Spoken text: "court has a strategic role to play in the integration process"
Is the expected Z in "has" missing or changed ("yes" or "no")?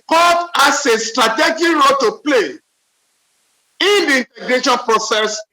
yes